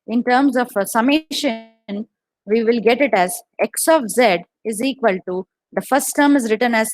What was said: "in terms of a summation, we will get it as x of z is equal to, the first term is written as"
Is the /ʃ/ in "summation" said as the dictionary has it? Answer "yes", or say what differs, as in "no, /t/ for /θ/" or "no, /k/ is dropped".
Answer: yes